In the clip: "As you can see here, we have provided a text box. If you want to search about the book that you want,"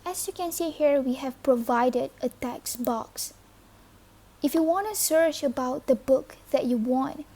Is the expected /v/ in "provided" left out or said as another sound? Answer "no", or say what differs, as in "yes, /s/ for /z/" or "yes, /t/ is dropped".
no